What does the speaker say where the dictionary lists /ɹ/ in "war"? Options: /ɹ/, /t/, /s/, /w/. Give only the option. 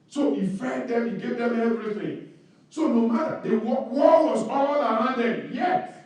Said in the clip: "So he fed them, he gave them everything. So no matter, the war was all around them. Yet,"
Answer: /w/